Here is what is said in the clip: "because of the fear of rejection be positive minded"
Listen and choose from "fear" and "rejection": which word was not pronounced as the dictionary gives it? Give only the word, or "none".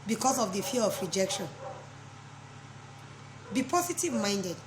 fear